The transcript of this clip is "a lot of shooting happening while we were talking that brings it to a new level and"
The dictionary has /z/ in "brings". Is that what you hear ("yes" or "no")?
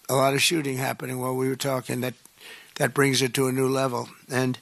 yes